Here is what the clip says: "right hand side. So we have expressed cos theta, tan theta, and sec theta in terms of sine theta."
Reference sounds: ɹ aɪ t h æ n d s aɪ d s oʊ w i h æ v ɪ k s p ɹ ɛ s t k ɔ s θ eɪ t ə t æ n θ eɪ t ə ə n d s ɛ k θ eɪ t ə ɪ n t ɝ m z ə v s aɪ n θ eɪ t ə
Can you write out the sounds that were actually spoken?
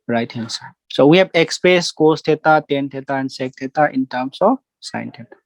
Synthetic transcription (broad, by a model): ɹ aɪ t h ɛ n s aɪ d s oʊ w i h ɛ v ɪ k s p ɛ s k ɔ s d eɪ t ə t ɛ n t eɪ t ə ə n d s ɛ k t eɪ t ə ɪ n t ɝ m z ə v s aɪ n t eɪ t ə